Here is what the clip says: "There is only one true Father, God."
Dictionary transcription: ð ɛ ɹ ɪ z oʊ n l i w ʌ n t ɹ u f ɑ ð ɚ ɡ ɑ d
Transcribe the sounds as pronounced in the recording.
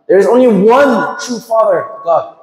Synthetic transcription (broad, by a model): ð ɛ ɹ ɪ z oʊ n l i w ʌ n t ɹ u f ɑ ð ɚ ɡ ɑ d